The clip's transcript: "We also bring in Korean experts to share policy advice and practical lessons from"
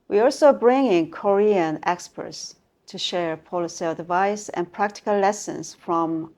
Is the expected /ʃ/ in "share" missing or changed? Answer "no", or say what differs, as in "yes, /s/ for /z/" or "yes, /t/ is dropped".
no